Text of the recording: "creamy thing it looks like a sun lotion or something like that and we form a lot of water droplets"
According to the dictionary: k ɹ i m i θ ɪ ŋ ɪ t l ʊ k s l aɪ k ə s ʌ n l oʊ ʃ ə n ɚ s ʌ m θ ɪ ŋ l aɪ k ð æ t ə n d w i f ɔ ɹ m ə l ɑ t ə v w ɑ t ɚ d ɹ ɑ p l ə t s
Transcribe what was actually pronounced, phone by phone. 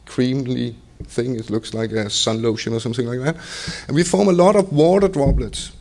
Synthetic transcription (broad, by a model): k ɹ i m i θ ɪ ŋ ɪ t l ʊ k s l aɪ k ə s ʌ n l oʊ ʃ ə n ɚ s ʌ m θ ɪ ŋ l aɪ k ð æ t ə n w i f ɔ ɹ m ə l ɑ t ə v w ɑ t ɚ d ɹ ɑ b l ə t s